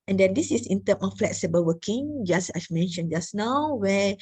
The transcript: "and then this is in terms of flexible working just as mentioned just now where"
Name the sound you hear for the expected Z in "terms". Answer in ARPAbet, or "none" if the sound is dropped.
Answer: none